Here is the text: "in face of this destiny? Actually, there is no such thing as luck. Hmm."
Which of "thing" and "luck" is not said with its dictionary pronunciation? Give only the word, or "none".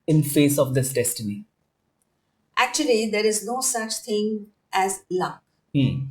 thing